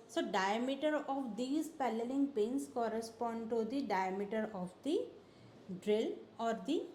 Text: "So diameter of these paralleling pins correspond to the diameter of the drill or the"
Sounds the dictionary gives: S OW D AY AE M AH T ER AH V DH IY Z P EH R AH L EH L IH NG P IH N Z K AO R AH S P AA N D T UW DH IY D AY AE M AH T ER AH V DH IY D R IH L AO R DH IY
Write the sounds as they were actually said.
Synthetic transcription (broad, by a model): S OW D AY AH M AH T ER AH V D IY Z P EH L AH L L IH NG P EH N S K AO R AH S P AA N D T UW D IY D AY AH M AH T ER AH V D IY D R IH L AO R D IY